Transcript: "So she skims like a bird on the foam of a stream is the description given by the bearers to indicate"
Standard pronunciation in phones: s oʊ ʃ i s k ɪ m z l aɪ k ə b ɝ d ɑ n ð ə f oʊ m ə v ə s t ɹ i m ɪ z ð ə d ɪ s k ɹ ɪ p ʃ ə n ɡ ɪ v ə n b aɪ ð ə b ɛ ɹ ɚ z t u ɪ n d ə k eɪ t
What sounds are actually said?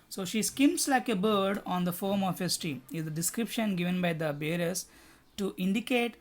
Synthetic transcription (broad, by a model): s oʊ ʃ i s k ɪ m s l aɪ k ə b ɝ d ɑ n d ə f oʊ m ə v ə s t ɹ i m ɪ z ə d ɪ s k ɹ ɪ p ʃ ə n ɡ ɪ v ə n b aɪ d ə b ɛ ɹ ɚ s t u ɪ n d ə k eɪ t